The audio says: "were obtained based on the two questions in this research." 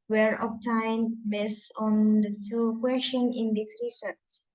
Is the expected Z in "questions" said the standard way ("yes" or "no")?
no